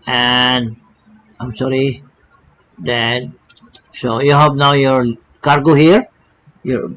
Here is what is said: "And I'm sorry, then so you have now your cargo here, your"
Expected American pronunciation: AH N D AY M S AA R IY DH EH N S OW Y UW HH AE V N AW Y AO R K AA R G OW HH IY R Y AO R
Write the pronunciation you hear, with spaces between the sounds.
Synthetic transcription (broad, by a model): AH N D AY M S AA R IY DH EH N S OW Y UW HH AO P N AW Y AO R K AA R G OW HH IY R Y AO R